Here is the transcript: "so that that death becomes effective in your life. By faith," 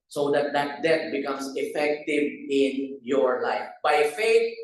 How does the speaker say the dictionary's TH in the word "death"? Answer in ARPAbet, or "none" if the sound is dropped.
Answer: T